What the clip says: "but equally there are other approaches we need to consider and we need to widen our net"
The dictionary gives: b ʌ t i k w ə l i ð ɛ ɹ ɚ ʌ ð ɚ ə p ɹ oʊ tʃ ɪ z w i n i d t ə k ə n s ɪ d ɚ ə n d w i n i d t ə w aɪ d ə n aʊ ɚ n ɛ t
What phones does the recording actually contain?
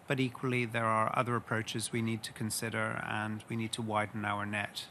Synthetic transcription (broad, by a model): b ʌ t i k w ə l i ð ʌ ɹ ɚ ʌ ð ɚ ə p ɹ oʊ tʃ ɪ z w i n i d t ə k ə n s ɪ d ɚ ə n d w i n i d t ə w aɪ d n aʊ ɚ n ɛ t